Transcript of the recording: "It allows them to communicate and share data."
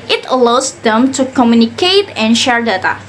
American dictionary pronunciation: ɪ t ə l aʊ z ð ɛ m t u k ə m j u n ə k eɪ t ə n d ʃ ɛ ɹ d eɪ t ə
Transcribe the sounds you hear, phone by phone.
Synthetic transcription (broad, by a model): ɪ t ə l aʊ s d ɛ m t u k ə m j u n ə k eɪ t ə n ʃ ɛ ɹ d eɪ t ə